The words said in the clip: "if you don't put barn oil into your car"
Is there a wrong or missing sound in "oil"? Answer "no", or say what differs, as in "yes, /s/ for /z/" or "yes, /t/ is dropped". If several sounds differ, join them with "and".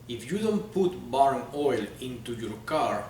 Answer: no